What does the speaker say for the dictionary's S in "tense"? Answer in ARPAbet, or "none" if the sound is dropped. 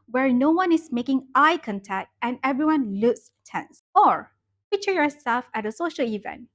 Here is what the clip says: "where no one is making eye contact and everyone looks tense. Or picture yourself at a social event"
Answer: S